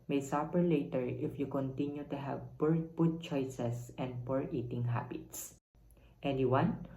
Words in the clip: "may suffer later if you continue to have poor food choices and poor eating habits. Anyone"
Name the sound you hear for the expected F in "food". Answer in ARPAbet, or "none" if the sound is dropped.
P